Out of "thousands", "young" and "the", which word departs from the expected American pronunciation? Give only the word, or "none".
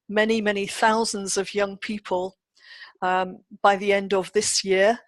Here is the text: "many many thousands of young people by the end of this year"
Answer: none